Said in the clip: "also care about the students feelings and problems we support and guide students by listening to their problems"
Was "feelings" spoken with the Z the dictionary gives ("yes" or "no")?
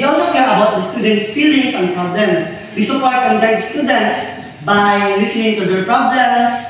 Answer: no